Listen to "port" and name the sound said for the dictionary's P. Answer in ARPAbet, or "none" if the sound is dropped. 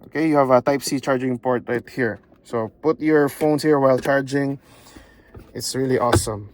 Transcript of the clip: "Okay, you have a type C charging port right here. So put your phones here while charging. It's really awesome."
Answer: P